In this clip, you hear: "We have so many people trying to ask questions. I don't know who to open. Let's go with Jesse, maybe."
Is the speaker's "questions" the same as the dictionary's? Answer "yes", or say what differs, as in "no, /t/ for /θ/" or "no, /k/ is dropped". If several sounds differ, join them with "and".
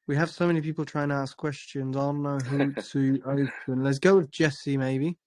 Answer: yes